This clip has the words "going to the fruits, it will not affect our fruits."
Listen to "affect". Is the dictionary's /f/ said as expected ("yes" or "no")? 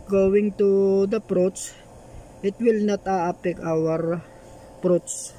no